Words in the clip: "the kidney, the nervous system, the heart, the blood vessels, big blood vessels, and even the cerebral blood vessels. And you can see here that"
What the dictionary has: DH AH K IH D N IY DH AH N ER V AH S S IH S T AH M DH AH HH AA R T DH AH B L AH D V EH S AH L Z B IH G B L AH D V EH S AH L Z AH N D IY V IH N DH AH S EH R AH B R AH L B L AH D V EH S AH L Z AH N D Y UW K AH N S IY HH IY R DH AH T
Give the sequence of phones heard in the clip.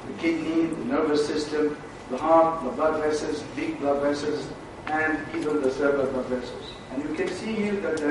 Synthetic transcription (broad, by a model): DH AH K IH D N IY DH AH N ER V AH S S IH S T AH M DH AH HH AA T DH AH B L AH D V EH S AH Z B IH G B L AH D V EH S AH Z AH N D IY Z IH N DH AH S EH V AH R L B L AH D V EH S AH Z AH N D Y UW K AH N S IY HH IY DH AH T